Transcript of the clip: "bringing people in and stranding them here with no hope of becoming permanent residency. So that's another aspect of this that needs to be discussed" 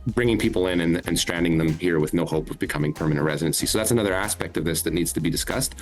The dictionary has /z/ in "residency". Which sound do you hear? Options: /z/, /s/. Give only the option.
/z/